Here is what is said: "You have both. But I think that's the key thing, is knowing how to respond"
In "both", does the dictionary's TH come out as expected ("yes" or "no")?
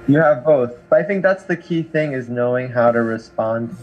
yes